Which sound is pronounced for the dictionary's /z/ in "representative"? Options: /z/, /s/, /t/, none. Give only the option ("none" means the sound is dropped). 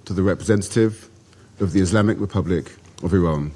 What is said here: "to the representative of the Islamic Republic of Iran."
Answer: /z/